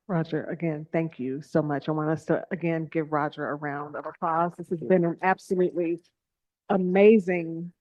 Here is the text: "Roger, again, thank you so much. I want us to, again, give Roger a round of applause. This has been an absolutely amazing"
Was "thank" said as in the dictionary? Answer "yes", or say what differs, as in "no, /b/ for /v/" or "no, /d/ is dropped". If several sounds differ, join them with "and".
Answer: yes